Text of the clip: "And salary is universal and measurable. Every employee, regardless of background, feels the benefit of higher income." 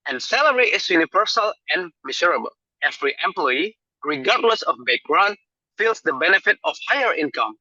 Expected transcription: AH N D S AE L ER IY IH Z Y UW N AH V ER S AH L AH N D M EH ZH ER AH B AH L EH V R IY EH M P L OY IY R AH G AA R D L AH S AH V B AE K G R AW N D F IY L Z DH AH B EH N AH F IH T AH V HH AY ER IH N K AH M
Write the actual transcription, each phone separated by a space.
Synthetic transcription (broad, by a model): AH N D S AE L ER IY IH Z Y UW N AH V ER S AH L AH N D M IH S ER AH B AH L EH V R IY EH M P L OY IY R AH G AA R D L AH S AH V B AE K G R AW N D F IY L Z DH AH B EH N AH F IH T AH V HH AY ER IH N K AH M